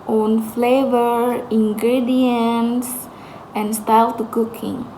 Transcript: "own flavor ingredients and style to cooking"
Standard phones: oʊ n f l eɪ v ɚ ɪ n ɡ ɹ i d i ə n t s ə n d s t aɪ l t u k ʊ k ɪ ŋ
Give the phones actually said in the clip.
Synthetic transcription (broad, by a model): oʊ n f l eɪ v ɚ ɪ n ɡ ɹ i d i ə n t s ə n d s t aɪ l t u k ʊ k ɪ ŋ